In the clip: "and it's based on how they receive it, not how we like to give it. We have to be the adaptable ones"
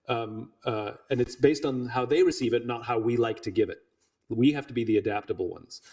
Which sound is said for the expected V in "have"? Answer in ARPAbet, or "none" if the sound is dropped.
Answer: F